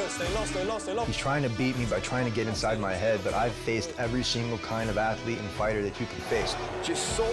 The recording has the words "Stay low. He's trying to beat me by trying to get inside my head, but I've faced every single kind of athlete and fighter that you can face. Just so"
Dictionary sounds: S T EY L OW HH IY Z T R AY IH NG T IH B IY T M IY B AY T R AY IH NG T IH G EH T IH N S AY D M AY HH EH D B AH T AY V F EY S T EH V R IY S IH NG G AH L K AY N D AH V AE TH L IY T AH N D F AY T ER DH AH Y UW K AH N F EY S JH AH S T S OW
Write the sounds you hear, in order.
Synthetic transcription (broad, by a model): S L HH IY Z T R AY IH NG T IH B IY T M IY B AY T R AY IH NG T IH G EH T IH N S AY D M AY HH EH D B AH T AY V F EY S T EH V R IY S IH NG G L K AY N D AH V AE TH L IY T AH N F AY T ER DH AH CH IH K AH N F EY S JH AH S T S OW